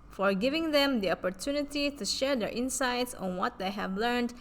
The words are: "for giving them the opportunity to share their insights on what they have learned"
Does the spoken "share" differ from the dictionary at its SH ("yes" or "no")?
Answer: no